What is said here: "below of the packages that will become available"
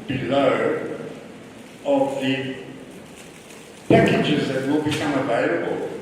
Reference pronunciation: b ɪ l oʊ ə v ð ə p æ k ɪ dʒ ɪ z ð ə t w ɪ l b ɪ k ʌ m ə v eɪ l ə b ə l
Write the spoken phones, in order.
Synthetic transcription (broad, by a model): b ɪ l oʊ ə v ð ə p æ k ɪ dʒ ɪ z ð ə t w ɪ l b ɪ k ʌ m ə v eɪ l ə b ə l